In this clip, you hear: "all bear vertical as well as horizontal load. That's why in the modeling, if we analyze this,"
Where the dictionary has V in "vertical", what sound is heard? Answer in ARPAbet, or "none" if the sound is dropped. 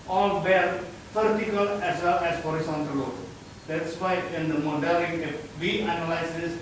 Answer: P